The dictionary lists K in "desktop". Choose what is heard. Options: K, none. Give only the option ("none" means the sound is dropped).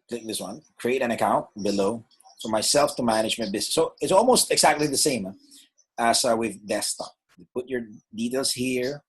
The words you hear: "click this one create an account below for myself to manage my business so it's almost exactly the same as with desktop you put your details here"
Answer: none